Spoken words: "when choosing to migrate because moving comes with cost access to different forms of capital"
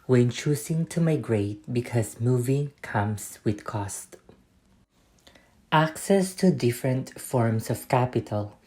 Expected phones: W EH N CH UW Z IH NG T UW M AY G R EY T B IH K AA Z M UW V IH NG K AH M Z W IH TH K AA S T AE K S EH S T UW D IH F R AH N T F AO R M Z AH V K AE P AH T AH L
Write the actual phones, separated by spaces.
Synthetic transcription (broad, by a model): W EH N CH UW S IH NG T UW M AY G R EY T B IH K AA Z M UW V IH NG K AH M S W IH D K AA S T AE K S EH S T UW D IH F R AH N T F AO R M S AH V K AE P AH T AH L